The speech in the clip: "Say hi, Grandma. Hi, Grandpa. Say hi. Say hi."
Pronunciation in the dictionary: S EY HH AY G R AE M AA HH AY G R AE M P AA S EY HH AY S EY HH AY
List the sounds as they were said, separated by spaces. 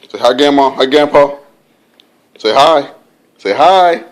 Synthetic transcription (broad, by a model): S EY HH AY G EH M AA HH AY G EH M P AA S EY HH AY S EY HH AY